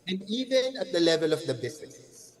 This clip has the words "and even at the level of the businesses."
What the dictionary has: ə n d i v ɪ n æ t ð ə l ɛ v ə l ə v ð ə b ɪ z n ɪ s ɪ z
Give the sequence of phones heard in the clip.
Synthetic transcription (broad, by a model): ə n d i v ɪ n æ t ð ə l ɛ v ə l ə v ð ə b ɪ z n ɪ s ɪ